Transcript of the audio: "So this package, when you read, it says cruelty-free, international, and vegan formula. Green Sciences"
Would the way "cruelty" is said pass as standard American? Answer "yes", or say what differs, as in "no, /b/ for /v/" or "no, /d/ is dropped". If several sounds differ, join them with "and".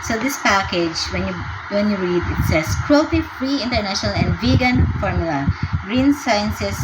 no, /l/ is dropped